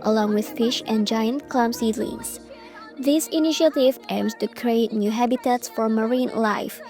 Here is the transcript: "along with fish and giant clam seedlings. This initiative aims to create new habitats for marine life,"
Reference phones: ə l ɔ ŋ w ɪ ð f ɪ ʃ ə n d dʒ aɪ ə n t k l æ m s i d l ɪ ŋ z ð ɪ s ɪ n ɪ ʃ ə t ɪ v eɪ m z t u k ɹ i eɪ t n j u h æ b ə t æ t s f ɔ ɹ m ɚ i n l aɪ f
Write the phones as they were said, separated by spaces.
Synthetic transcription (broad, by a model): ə l ɔ ŋ w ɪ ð f ɪ ʃ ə n dʒ aɪ ə n t k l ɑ m s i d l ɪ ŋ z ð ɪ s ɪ n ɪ ʃ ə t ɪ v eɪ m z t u k ɹ i eɪ t n j u h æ b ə t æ t s f ɔ ɹ m ɚ i n l aɪ f